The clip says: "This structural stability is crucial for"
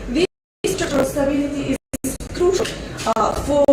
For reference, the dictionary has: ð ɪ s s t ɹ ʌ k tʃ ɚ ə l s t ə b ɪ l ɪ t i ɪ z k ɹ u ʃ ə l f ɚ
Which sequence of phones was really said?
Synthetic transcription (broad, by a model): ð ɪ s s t ʌ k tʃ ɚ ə s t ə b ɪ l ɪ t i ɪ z k ɹ u ʃ ə l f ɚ